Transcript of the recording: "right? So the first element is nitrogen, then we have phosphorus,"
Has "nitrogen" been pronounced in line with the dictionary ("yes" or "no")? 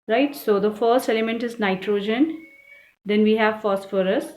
yes